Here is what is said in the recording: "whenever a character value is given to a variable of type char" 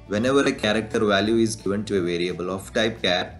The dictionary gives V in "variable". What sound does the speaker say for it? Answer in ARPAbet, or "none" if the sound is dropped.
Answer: V